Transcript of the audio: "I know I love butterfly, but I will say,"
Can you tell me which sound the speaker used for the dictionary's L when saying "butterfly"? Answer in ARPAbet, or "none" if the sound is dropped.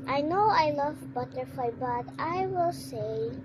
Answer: none